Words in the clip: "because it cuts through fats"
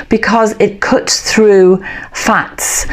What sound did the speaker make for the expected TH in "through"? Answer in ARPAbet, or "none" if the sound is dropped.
TH